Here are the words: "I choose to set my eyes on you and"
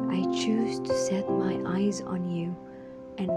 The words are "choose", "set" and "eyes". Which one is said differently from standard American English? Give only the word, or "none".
none